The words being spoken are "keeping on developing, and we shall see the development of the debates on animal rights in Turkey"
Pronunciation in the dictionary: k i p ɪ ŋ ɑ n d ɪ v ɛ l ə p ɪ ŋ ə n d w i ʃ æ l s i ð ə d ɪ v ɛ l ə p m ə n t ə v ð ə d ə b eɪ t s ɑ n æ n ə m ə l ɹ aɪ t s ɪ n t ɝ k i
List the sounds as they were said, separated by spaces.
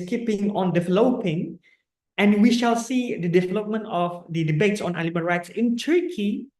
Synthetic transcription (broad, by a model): k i p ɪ ŋ ɑ n d ɪ v ɛ l ə p ɪ ŋ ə n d w i ʃ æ l s i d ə d ɪ v ɛ l ə p m ə n t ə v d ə d ə b eɪ t s ɑ n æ l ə m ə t ɹ aɪ t s ɪ n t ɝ k i